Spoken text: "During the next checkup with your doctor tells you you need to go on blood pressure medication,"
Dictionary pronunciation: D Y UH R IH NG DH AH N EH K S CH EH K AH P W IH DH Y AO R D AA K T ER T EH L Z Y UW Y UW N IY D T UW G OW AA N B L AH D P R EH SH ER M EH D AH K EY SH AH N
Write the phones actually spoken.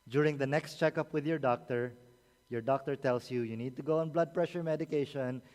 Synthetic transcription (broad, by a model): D Y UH R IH NG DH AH N EH K S CH EH K AH P W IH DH Y AO R D AA K T ER T EH L S Y UW Y UW N IY D T UW G OW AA N B L AH D P R EH SH ER M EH D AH K EY SH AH N